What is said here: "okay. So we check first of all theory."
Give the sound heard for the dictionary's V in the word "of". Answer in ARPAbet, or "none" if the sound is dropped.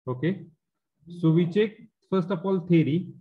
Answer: P